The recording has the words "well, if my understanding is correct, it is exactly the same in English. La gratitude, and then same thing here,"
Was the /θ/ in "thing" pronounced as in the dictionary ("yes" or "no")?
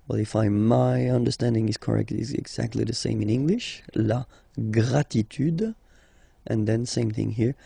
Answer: yes